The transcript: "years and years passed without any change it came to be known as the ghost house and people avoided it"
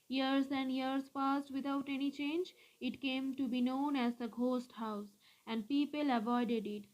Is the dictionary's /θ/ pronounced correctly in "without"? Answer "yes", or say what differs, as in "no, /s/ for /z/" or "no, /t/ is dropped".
no, /t/ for /θ/